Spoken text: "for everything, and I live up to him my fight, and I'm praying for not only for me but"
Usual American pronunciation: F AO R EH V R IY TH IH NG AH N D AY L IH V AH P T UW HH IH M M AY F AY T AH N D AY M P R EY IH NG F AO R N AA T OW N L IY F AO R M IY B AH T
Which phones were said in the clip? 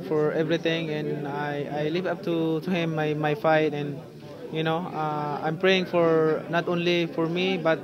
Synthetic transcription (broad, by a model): F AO R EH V R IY T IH NG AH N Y AY L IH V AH P T UW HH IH M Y AY F AY T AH N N AY M P R EY IH NG F AO R N AA T OW N L IY F AO R M IY B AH T